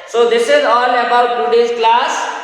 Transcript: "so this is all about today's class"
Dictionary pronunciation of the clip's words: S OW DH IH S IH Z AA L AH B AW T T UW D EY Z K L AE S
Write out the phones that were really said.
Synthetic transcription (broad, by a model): S OW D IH S IH Z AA N AH B AW T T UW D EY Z K L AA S